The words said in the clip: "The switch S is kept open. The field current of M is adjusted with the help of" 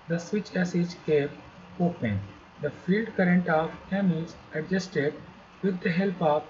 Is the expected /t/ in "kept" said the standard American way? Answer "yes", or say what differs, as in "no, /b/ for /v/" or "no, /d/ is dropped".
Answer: no, /t/ is dropped